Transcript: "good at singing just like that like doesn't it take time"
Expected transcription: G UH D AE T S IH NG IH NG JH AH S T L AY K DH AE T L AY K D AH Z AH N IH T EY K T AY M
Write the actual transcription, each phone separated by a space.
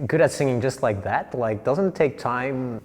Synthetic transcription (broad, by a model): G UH D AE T S IH NG IH NG JH AH S T L AY K DH AE T L AY K D AH Z AH N T EY K T AY M